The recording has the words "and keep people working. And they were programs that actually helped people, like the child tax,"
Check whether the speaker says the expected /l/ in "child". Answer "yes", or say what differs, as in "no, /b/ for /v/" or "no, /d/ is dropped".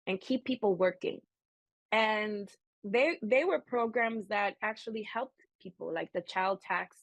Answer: yes